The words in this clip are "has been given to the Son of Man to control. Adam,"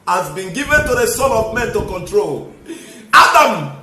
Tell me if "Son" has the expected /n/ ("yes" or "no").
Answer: no